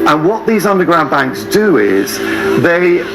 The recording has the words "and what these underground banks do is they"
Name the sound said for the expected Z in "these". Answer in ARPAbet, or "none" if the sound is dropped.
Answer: Z